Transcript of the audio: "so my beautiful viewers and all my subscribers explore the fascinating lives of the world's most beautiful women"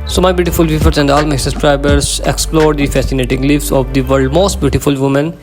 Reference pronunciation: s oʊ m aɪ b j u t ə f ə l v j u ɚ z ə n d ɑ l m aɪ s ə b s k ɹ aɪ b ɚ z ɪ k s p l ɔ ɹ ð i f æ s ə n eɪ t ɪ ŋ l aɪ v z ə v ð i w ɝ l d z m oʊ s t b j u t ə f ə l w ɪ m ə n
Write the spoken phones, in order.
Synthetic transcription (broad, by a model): s oʊ m aɪ b j u t ə f ə l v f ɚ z ə n d ɑ l m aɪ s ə s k ɹ aɪ b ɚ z ɪ k s p l ɔ ɹ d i f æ s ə n eɪ t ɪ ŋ l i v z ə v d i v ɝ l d m oʊ s t b j u t ə f ə l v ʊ m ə n